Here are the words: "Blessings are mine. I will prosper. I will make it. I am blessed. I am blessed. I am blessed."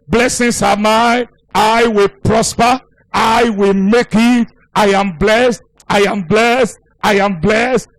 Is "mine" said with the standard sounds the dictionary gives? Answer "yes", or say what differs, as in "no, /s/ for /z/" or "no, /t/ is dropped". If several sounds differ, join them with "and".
no, /n/ is dropped